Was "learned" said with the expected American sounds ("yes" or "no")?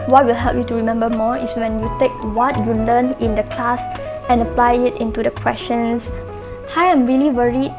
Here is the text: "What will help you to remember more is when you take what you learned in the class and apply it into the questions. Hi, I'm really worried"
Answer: no